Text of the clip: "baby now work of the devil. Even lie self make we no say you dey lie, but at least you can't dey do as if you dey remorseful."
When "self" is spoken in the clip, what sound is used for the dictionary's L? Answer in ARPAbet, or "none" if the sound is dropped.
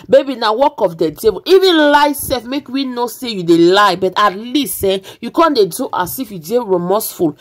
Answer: none